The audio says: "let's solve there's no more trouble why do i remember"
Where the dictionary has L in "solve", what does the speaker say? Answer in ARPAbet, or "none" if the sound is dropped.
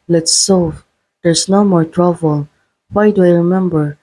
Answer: none